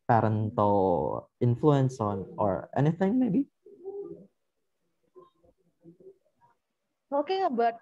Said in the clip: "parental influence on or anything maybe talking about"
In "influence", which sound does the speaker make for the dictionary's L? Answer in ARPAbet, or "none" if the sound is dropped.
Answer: L